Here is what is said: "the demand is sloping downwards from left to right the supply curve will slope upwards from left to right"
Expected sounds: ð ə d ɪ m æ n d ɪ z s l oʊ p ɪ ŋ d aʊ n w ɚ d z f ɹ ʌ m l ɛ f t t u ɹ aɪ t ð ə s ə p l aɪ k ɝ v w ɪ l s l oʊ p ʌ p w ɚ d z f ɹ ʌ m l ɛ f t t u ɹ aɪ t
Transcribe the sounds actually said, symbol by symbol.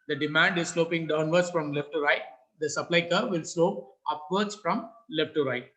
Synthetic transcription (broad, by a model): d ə d ɪ m æ n d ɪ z s l oʊ p ɪ ŋ d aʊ n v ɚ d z f ɹ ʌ m l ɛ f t t u ɹ aɪ t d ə s ə p l aɪ k ɝ v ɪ l s l oʊ p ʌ p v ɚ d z f ɹ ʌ m l ɛ f t t u ɹ aɪ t